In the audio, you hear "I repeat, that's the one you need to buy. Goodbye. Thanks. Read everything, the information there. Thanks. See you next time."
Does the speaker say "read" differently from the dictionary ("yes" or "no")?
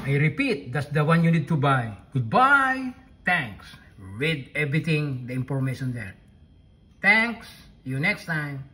yes